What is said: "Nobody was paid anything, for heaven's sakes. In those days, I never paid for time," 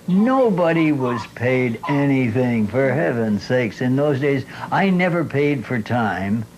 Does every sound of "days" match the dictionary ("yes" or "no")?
yes